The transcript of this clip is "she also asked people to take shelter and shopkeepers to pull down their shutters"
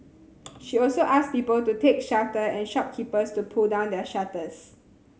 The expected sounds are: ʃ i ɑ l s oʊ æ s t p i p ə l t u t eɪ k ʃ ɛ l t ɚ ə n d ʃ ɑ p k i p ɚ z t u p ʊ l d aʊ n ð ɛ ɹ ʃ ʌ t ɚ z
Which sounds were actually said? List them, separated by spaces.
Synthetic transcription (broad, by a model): ʃ i ɑ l s oʊ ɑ s p i p ə l t u t eɪ k ʃ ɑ t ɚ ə n ʃ ɑ p k i p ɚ s t u p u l d aʊ n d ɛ ʃ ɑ t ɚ s